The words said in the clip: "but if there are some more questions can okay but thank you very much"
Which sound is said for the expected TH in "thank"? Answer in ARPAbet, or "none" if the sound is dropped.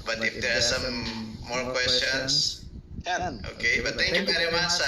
T